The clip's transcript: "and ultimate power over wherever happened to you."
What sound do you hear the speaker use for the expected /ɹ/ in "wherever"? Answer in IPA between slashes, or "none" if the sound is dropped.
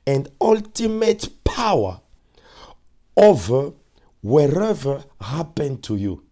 /ɹ/